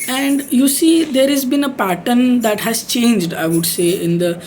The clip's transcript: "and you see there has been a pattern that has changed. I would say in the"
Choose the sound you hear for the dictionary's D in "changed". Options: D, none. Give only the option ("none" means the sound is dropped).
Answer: D